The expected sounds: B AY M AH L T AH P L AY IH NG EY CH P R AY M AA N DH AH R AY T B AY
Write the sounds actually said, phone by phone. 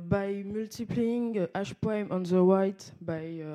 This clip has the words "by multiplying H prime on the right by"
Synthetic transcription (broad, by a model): B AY M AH L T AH P L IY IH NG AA SH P AY M AA N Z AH W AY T B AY